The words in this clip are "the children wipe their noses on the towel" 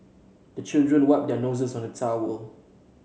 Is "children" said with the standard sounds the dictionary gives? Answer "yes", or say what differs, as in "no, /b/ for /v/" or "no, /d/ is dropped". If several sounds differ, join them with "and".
yes